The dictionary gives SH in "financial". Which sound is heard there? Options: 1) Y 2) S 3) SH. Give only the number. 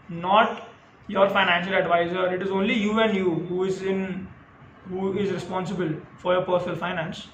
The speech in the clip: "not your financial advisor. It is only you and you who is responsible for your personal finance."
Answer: 3